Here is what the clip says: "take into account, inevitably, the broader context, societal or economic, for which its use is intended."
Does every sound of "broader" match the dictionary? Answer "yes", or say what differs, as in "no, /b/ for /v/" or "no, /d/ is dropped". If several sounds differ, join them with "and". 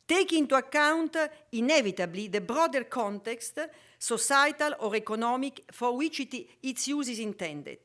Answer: yes